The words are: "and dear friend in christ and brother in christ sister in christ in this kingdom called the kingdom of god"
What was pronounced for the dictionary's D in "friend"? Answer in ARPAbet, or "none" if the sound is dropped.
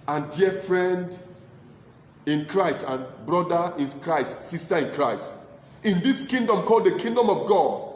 D